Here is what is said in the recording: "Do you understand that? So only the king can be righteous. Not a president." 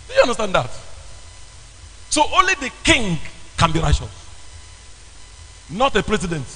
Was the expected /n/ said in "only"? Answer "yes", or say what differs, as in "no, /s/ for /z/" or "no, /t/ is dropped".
yes